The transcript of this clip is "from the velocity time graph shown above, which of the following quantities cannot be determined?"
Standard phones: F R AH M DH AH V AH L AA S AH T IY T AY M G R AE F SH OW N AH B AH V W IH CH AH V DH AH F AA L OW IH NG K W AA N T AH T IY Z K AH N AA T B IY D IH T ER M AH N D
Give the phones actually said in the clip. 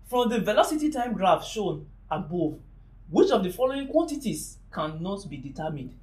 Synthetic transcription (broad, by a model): F R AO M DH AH V AH L AA S AH T IY T AY M G R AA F SH OW N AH B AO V W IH CH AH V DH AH F AA L OW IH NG K W AA N T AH T IY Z K AH N AA T B IY D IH T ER M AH N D